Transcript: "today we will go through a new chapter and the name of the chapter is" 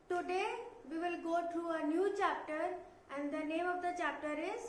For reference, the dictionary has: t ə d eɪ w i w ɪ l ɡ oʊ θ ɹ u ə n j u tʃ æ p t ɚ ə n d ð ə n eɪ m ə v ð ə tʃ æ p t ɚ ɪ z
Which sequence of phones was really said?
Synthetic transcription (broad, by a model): t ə d eɪ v i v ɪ l ɡ oʊ t ɹ u ə n j u tʃ æ p t ɚ ə n d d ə n eɪ m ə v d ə tʃ æ p t ɚ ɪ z